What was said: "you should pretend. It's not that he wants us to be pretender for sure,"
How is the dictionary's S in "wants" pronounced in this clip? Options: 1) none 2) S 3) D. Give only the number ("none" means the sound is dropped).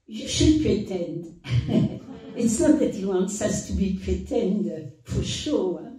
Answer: 2